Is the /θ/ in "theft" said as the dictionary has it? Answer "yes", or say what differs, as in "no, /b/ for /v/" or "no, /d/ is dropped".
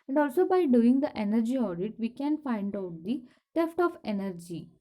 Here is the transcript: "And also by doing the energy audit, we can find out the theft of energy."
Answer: no, /t/ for /θ/